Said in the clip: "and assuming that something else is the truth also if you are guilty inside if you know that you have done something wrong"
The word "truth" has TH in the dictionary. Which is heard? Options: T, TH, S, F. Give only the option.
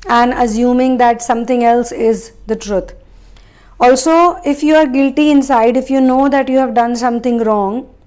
T